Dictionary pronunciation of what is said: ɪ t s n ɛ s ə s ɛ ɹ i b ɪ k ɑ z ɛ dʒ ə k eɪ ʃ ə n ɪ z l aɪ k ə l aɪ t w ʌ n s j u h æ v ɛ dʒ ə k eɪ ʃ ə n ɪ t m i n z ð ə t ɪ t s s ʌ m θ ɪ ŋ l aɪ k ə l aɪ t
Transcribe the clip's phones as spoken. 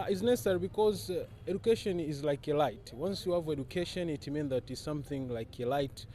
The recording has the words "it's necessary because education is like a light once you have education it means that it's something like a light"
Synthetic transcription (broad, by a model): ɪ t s n ɛ s ə s ɛ ɹ i b ɪ k ɑ z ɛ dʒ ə k eɪ ʃ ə n ɪ z l aɪ k ə l aɪ t w ʌ n s j u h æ v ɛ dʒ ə k eɪ ʃ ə n ɪ t m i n ð ə t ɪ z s s ʌ m θ ɪ ŋ l aɪ k ə l aɪ t